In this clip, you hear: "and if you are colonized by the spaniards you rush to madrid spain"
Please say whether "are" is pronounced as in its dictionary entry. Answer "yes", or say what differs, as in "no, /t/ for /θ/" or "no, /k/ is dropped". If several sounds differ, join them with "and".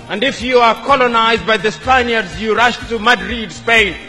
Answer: yes